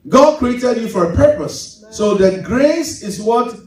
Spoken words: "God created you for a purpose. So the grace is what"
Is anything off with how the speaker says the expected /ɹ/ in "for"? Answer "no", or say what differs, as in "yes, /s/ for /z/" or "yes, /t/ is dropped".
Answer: no